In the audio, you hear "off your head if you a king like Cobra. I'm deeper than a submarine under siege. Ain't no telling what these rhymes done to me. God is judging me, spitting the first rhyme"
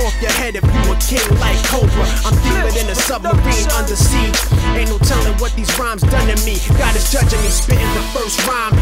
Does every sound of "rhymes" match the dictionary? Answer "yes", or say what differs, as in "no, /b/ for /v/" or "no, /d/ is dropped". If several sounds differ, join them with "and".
yes